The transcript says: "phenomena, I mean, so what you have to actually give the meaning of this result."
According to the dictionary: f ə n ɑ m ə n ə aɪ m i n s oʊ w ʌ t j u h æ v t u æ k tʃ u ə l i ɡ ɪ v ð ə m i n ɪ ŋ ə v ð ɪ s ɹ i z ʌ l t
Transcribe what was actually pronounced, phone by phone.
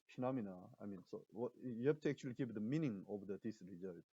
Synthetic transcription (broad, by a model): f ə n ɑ m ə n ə aɪ m i n s oʊ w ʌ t j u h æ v t u æ k tʃ u ə l i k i p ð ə m i n ɪ ŋ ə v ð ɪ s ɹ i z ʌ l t